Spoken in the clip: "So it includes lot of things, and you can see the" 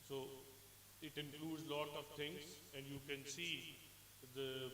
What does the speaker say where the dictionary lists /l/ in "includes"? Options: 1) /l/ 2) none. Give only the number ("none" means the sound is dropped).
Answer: 1